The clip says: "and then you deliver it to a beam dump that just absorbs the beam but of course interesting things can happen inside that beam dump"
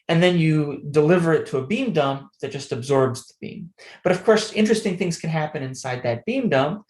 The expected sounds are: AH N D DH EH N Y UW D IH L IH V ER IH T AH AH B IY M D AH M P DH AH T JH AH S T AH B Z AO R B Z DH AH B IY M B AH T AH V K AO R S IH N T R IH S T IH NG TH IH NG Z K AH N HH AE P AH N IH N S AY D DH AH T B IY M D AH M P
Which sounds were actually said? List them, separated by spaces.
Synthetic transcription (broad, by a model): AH N DH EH N Y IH D IH L IH V ER IH T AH AH B IY M D AH M P DH AH T JH AH S T AH B Z AO R B Z DH AH B IY M B AH T AH V K AO R S IH N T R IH S T IH NG TH IH NG Z K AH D HH AE P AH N IH N S AY D DH AH T B IY M D AH M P